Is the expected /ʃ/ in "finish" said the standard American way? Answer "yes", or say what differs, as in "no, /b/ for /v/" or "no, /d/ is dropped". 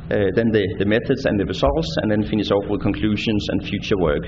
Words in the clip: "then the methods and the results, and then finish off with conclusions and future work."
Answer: no, /s/ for /ʃ/